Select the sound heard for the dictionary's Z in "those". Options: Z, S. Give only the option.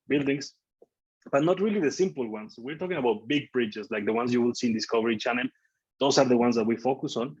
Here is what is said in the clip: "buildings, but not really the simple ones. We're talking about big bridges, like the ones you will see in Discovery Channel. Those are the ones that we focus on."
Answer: S